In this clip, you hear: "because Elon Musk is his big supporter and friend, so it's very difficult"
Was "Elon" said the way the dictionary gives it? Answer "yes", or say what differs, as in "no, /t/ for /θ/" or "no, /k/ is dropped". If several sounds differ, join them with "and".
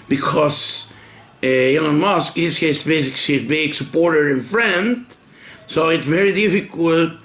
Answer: no, /n/ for /l/